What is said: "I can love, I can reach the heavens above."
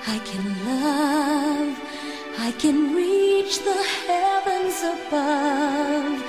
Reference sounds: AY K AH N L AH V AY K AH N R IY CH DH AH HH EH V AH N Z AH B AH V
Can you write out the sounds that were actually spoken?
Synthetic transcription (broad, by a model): AY K AH N L AH V AY K AH N R IY CH DH AH HH EH V AH N Z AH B AH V